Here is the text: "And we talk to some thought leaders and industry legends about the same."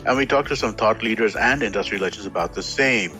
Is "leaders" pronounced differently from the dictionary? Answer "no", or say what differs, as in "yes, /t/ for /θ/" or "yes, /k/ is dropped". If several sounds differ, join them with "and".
no